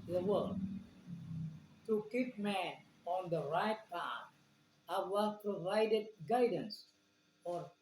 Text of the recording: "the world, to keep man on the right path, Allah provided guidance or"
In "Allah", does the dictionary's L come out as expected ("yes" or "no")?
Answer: no